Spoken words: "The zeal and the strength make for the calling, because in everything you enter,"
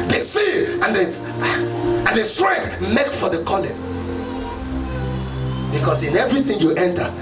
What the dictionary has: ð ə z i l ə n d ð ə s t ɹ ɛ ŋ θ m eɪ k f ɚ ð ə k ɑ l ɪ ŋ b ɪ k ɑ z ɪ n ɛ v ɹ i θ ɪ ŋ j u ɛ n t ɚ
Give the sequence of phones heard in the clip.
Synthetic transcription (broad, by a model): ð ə s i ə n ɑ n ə s t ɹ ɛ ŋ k m eɪ k f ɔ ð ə k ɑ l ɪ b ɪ k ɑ s ɪ n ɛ v ɹ i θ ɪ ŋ j u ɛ n t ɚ